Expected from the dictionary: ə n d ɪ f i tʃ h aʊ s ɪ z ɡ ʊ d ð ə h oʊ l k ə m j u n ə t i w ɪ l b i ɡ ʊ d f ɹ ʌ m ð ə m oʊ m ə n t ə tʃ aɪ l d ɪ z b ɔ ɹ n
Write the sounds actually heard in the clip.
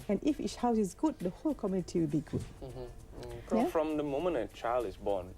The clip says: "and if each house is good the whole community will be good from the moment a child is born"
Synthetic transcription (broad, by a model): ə n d ɪ f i s h aʊ s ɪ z ɡ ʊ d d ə h oʊ l k ə m j u n ə t i w ɪ l b i ɡ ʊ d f ɹ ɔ m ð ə m oʊ m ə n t ə tʃ aɪ l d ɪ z b ɔ n